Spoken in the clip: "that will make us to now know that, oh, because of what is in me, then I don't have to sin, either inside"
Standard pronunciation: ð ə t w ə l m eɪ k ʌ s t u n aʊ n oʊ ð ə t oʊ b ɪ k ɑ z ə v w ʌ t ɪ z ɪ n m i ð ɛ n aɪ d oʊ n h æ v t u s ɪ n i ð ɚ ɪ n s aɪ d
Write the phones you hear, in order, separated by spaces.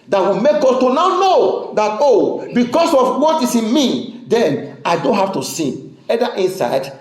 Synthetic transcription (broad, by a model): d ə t w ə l m eɪ k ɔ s t u n aʊ n oʊ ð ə t oʊ b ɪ k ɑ s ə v w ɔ t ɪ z ɪ n m i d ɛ n aɪ d oʊ n h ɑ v t u s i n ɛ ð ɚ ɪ n s aɪ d